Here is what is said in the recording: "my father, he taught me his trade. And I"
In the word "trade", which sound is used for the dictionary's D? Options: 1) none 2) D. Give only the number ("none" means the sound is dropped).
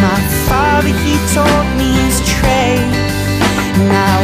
1